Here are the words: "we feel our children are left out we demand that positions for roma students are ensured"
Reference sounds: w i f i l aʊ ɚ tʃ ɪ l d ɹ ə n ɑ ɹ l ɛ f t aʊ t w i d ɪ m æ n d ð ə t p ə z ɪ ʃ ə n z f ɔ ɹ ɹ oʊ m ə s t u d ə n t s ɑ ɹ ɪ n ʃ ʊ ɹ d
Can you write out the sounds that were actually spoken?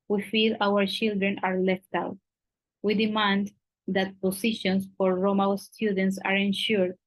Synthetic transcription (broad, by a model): w i f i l aʊ ɚ tʃ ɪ l d ɹ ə n ɑ ɹ l ɛ f t aʊ t w i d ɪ m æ n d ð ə t p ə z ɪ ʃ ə n s f ɔ ɹ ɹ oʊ m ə s t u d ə n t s ɑ ɹ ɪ n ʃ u ɹ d